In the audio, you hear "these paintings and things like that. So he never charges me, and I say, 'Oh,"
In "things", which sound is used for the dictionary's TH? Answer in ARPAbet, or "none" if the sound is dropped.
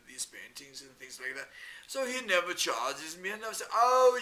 TH